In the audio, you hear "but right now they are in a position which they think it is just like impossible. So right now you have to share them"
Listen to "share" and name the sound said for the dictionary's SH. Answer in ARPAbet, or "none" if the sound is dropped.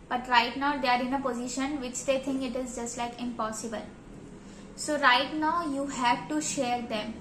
SH